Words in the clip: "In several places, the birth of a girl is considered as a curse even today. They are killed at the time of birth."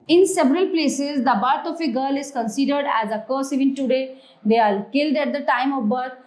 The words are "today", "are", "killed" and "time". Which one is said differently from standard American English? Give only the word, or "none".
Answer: are